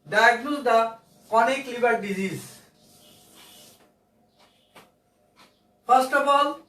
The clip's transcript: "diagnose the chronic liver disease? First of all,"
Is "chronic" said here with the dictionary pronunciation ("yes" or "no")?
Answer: no